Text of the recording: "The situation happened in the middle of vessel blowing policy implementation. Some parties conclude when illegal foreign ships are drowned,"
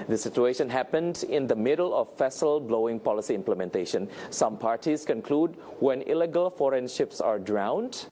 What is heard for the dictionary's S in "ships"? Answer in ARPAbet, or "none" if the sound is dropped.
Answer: S